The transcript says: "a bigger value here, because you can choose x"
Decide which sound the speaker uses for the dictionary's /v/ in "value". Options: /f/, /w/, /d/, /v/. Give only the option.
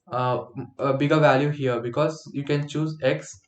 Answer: /v/